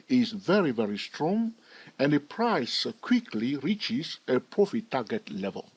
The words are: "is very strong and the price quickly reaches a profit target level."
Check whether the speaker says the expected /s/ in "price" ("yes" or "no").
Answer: yes